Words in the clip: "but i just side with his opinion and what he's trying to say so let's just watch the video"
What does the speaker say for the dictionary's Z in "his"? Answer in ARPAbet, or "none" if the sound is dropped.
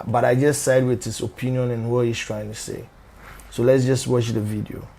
S